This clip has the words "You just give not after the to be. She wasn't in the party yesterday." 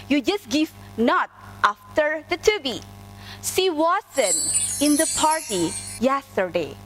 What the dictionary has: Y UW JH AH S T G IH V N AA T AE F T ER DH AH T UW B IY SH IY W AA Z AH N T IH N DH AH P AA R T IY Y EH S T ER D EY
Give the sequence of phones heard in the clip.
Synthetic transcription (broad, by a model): Y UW JH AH S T G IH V N AA T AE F T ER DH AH T UW B IY S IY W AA S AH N IH N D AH P AA R T IY Y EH S T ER D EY